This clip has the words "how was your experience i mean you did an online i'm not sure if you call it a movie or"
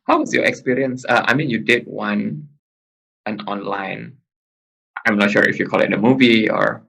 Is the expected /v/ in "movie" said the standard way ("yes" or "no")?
yes